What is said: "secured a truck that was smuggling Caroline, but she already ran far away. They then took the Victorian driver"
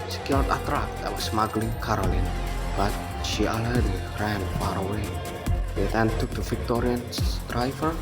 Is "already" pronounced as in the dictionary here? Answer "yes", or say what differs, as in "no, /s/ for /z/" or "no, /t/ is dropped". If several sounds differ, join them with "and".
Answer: no, /ɹ/ is dropped